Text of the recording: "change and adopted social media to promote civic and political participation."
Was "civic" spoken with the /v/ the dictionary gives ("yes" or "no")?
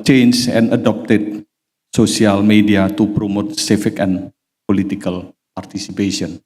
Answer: no